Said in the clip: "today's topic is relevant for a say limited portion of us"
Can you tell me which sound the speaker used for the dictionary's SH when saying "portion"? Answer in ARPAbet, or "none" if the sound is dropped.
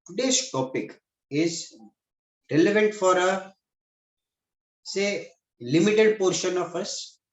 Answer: SH